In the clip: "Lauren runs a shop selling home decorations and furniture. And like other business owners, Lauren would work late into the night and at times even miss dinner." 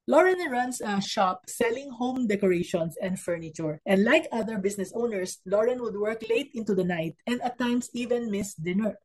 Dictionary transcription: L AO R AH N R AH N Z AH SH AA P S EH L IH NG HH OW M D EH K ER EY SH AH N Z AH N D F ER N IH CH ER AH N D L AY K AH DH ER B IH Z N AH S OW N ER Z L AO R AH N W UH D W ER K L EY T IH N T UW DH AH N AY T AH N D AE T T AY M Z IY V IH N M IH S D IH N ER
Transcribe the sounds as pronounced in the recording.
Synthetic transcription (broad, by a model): L AO R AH N R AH N S AH SH AA P S EH L IH NG HH OW M D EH K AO EY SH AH N S AH N D F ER N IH CH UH AH N D L AY K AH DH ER B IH S N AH S OW N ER S L AO R AH N W UH D W ER K L EY T IH N T UW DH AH N AY T AH N D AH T T AY M S IY V IH N M IH S D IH N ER